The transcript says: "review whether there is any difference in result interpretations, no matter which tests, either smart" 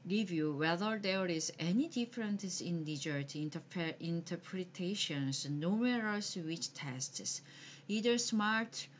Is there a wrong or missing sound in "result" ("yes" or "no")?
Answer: yes